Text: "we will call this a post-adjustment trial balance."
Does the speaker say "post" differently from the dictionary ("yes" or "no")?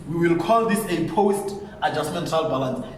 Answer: no